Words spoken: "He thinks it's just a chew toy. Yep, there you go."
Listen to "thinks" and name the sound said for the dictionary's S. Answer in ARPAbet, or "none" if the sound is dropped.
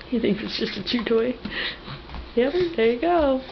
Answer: none